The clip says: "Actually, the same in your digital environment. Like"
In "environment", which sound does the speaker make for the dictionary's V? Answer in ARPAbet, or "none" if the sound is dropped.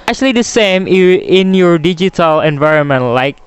V